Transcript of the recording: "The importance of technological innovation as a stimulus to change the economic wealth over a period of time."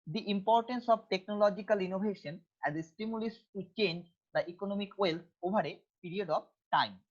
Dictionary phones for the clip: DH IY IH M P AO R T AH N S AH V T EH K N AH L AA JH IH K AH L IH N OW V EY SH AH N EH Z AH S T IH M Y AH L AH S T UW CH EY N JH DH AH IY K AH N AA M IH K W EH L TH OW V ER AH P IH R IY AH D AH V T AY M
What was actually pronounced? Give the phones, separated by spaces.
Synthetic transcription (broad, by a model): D IY IH M P AO R T AH N S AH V T EH K N AH L AA JH IH K AH L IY N OW B EY SH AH N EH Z AH S T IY M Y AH L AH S T UW CH EY N JH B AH IY K AH N AA M IH K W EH L T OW B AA AH P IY R IY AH D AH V T AY M